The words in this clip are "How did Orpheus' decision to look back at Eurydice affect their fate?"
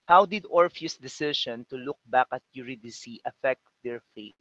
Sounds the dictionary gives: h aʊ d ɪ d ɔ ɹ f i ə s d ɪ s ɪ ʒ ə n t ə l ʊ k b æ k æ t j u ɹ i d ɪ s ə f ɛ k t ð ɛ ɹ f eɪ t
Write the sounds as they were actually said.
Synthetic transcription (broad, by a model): h aʊ d ɪ d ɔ ɹ f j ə s d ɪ s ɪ ʃ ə n t ə l ʊ k b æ k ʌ t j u ɹ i d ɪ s ə f ɛ k t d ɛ ɹ f eɪ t